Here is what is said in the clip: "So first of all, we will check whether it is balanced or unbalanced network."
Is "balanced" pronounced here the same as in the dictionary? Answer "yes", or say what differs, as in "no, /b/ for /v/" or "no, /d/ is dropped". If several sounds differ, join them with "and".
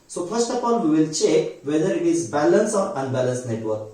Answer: no, /t/ is dropped